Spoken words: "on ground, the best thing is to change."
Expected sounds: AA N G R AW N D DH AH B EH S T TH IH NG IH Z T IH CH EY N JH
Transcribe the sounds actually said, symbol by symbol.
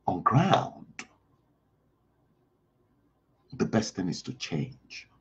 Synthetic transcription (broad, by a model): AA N G R AW N D DH AH B EH S T TH IH NG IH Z T IH CH EY N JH